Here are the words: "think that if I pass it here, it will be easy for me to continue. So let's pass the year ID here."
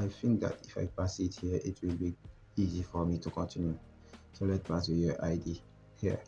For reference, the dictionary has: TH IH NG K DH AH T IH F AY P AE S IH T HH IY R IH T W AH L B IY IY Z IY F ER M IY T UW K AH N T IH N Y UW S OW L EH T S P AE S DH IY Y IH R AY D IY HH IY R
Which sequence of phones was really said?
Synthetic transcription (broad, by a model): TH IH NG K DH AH T IH F AY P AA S IH T HH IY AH IH T W AH L B IY IY Z IY F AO M IY T UW K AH N T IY N Y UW S OW L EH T P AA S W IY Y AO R AY D IY HH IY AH